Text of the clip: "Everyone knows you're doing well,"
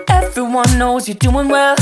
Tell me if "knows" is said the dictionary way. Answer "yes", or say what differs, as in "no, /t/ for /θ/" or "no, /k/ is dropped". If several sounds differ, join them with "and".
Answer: yes